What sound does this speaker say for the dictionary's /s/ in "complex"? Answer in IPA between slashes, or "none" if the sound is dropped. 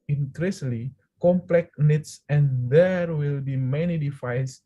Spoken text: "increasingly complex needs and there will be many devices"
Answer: none